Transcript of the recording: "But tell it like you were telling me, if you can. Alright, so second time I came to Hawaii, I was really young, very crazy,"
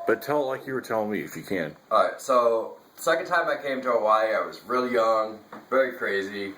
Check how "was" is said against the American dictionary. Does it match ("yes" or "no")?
yes